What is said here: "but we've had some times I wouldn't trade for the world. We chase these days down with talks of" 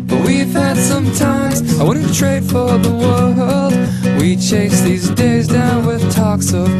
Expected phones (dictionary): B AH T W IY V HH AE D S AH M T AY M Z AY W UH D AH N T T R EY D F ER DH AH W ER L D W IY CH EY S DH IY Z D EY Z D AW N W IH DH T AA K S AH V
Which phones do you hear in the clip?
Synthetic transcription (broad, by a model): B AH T W IY V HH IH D S AH M T AY M Z AY W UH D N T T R EY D F ER DH AH W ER L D W IY CH EY S DH IY Z D EY Z D AW N W IH DH T AA K S AH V